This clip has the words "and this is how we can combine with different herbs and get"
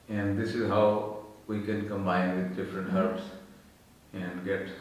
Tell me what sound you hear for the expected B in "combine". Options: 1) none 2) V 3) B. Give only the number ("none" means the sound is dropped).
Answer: 3